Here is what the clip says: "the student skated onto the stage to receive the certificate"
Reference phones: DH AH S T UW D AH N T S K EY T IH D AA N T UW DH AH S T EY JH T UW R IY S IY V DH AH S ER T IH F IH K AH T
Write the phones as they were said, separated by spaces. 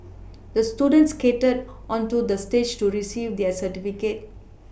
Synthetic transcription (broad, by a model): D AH S T UW D AH N T S K EY T IH D AA N T UW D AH S T EY JH T UW R IY S IY V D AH S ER T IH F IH K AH T